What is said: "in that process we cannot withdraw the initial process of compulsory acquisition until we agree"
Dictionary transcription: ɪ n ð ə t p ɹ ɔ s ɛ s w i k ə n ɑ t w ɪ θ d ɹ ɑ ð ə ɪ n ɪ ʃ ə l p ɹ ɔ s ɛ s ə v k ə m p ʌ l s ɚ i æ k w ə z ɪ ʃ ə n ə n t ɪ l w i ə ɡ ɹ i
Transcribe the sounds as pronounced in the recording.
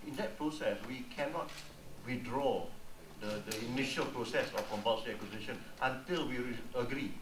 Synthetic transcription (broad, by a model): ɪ n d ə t p ɹ ɔ s ɛ s w i k ə n ɑ t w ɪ d ɹ ɑ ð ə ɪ n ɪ ʃ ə l p ɹ ɔ s ɛ s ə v k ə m b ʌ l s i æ k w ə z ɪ ʃ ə n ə n t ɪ l w i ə ɡ ɹ i